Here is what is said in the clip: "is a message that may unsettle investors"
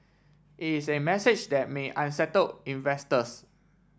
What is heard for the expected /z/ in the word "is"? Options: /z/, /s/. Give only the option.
/s/